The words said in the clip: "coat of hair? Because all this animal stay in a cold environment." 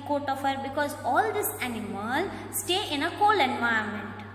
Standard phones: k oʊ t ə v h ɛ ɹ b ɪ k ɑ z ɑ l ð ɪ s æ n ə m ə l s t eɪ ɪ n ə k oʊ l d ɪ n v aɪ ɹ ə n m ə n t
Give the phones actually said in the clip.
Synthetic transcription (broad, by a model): k oʊ t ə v h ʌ ɹ b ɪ k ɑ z ɑ l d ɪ s æ n ə m ə l s t eɪ ɪ n ə k oʊ l ɪ n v aɪ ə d m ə n t